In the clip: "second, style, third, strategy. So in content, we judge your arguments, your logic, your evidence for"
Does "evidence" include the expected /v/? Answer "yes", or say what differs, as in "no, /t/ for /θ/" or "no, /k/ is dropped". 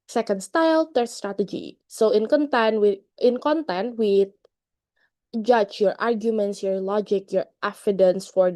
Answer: no, /f/ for /v/